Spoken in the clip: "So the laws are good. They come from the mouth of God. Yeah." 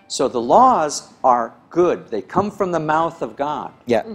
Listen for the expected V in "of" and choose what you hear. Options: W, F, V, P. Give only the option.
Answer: V